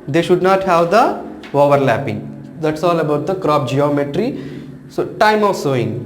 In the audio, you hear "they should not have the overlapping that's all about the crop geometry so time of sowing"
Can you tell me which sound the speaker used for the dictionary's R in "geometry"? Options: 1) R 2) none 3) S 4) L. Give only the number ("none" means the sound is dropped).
1